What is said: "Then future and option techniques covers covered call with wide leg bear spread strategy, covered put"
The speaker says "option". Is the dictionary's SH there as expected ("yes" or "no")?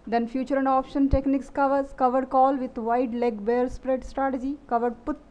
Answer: yes